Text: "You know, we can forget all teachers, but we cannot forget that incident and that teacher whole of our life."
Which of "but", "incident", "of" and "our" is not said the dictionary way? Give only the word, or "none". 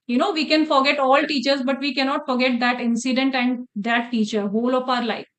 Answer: of